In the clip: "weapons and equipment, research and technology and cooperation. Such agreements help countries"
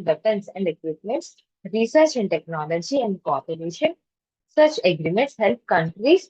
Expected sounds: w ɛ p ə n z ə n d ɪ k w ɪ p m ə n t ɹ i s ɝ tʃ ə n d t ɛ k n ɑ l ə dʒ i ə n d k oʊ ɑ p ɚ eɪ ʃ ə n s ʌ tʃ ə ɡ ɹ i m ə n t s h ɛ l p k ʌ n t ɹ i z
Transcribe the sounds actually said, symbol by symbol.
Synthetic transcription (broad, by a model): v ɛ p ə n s ə n d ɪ k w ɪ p m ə n t ɹ i s ɝ tʃ ə n d t ɛ k n ɑ l ə dʒ i ə n d k oʊ ɑ p ɚ eɪ ʃ ə n s ʌ tʃ ə ɡ ɹ i m ə n t s h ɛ l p k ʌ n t ɹ i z